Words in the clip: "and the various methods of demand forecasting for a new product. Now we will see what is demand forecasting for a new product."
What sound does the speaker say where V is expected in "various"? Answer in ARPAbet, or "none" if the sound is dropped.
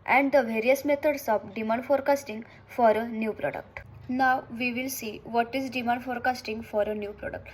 V